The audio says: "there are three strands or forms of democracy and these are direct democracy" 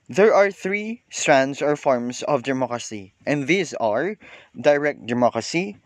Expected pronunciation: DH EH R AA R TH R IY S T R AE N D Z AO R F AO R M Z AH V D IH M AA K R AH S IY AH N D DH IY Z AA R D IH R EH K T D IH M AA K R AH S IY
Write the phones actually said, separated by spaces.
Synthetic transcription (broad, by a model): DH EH R AA R TH R IY S T R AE N D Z AO R F AO R M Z AH V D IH M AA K R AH S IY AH N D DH IY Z AA R D IH R EH K T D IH M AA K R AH S IY